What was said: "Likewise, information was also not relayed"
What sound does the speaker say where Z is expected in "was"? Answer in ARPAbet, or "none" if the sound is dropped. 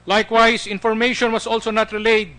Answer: S